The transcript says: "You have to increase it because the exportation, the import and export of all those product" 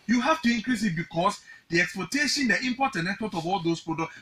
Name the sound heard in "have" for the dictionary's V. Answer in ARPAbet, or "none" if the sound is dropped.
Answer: F